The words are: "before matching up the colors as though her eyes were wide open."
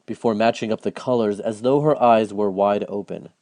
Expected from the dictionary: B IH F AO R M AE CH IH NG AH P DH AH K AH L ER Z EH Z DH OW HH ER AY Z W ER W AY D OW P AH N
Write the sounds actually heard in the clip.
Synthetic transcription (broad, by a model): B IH F AO R M AE CH IH NG AH P DH AH K AH L ER Z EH Z DH OW HH ER AY Z W ER W AY D OW P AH N